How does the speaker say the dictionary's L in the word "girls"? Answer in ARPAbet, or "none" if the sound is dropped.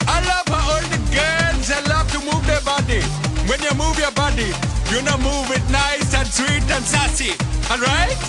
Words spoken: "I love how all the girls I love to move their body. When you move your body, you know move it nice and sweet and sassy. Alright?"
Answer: N